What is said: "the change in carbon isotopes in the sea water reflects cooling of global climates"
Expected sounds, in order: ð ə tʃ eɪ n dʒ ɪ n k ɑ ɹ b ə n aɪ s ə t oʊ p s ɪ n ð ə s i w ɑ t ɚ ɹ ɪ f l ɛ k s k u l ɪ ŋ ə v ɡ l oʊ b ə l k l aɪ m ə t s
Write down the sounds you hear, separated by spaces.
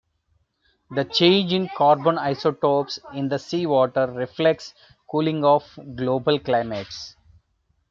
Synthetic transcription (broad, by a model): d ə tʃ eɪ n dʒ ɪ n k ɑ ɹ b ə n aɪ s ə t oʊ p s ɪ n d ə s i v ɑ t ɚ ɹ ɪ f l ɛ k s k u l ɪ ŋ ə f ɡ l oʊ b ə l k l aɪ m ə t s